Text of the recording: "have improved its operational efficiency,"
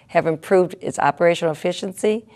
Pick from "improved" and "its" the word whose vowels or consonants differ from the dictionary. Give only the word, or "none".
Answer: none